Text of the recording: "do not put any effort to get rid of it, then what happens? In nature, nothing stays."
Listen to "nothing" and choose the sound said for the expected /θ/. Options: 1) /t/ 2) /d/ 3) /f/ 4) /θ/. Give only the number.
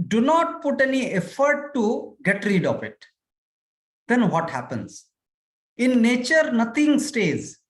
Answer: 1